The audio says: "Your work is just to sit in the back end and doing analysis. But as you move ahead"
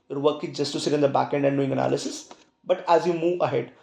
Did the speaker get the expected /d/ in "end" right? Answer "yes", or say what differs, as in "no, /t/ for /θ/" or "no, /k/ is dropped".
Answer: yes